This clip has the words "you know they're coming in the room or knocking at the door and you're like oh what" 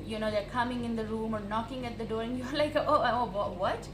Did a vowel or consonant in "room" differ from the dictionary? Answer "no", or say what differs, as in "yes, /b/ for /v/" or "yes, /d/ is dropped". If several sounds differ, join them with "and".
no